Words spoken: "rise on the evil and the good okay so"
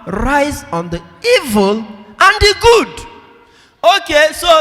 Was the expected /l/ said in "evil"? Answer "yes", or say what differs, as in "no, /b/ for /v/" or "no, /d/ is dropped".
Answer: yes